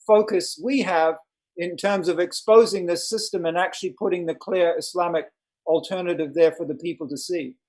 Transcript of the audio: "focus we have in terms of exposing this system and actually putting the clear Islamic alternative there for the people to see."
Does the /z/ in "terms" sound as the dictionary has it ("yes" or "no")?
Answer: yes